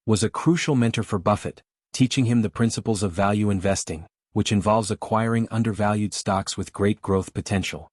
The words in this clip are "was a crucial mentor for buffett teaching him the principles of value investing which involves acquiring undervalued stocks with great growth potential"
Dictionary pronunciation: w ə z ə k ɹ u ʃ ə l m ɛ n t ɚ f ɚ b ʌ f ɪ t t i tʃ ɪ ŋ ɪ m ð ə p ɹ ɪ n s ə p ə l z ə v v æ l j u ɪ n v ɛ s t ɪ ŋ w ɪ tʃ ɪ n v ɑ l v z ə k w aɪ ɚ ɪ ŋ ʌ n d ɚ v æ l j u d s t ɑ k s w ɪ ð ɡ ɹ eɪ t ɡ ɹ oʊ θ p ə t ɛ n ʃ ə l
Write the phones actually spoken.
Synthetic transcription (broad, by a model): w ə z ə k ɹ u ʃ l m ɛ n t ɚ f ɚ b ʌ f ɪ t t i tʃ ɪ ŋ ɪ m ð ə p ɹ ɪ n s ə p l z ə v v æ l j u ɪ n v ɛ s t ɪ ŋ w ɪ tʃ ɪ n v ɑ l v z ə k w aɪ ɚ ɪ ŋ ʌ n d ɚ v æ l j u d s t ɑ k s w ɪ ð ɡ ɹ eɪ t ɡ ɹ oʊ θ p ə t ɛ n ʃ l